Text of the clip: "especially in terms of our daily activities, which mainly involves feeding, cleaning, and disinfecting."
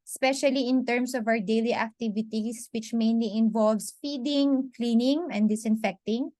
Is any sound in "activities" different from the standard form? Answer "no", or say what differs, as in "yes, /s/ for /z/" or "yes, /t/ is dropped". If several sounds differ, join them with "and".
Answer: yes, /s/ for /z/